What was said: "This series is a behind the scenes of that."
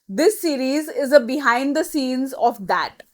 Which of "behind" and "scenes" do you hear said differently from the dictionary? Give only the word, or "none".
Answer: none